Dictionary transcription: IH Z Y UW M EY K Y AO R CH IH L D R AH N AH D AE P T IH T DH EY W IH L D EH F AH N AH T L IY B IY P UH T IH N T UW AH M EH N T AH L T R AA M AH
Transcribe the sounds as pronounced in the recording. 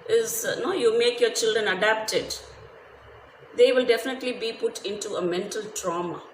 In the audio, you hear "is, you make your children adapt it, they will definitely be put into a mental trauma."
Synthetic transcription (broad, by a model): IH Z Y UW M EY K Y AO CH IH L D R AH N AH D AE P T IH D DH EY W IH L D EH F AH N AH T L IY B IY P UH T IH N T UW AH M EH N T AH L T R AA M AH